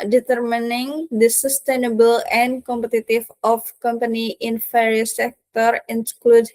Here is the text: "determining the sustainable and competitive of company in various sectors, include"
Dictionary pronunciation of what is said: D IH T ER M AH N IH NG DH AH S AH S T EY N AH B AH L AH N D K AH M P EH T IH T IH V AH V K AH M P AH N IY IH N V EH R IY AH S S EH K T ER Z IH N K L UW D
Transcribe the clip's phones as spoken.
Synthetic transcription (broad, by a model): D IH T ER M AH N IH NG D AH S AH S T EY N AH B AH L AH N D K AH M P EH T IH T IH F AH F K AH M P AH N IY IH N F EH R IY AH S S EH K T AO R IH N K L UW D